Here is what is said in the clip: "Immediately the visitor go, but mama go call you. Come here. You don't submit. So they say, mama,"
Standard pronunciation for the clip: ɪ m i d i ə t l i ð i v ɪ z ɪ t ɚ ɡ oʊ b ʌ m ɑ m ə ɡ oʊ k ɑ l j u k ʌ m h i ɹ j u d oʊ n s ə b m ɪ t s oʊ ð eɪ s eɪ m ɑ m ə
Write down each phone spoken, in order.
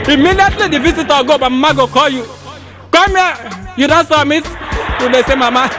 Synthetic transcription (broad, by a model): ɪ m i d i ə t l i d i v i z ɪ t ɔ ɡ oʊ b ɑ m m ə ɡ oʊ k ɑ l j u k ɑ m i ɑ j u d oʊ n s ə m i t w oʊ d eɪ s eɪ m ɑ m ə